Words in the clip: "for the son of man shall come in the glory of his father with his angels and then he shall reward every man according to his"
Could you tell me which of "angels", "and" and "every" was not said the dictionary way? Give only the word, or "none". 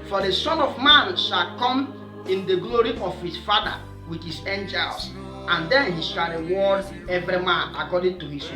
angels